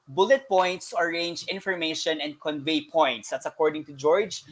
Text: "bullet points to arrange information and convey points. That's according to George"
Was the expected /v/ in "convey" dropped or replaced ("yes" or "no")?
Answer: no